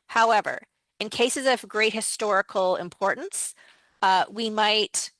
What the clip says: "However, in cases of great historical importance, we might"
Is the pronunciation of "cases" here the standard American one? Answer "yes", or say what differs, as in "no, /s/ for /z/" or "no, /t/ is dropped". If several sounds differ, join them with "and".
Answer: yes